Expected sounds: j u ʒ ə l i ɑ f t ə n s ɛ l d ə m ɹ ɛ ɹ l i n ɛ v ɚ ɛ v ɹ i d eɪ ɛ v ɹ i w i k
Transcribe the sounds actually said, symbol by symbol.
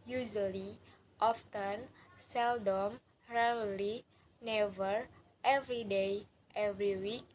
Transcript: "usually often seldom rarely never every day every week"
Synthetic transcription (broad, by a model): j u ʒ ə l i ɑ f t ə n s ɛ l d ə m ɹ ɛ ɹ l i n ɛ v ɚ ɛ v ɹ i d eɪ ɛ v ɹ i w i k